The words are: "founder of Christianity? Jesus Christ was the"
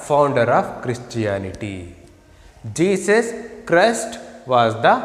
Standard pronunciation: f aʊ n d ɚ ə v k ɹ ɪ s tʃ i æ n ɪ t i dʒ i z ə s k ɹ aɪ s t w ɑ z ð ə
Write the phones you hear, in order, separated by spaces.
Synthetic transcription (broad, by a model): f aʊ n d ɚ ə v k ɹ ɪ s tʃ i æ n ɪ t i dʒ i s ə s k ɹ aɪ s t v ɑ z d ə